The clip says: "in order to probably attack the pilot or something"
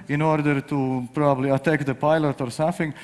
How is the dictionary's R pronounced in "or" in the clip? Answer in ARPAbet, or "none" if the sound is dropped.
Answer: R